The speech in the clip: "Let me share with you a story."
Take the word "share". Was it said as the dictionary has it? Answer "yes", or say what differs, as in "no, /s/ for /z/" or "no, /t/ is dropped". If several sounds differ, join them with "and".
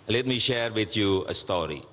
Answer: yes